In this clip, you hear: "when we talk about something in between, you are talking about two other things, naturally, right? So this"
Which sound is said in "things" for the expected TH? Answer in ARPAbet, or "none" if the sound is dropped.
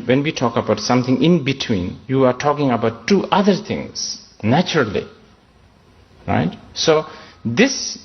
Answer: T